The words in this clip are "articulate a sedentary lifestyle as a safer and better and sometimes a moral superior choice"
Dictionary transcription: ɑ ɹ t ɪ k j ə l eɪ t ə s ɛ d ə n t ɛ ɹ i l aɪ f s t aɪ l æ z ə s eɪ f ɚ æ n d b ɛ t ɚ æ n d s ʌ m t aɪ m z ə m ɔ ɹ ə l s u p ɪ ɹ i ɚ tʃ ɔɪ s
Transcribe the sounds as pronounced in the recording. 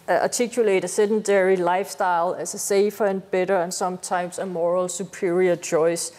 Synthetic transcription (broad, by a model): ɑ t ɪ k j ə l eɪ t ə s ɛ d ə n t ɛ ɹ i l aɪ f s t aɪ l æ s ə s eɪ f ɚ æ n b ɛ t ɚ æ n s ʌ m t aɪ m s ə m ɔ ɹ ə l s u p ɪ ɹ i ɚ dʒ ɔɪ s